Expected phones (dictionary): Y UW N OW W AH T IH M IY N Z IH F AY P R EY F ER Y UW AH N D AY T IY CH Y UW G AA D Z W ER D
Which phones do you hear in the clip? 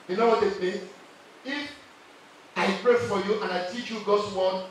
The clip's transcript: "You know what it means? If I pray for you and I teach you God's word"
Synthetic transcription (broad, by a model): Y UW N OW W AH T IH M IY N IH F AY P R EY F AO Y UW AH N AY T IY CH Y UW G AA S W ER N